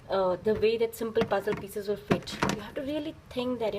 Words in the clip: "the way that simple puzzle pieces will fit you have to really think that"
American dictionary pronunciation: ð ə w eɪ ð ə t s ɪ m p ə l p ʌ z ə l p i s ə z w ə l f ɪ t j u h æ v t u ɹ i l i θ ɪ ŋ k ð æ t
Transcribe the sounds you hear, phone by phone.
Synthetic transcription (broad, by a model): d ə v eɪ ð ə t s ɪ m p ə l p ʌ z ə l p i s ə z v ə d f ɪ t j u h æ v t u ɹ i l i t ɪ ŋ k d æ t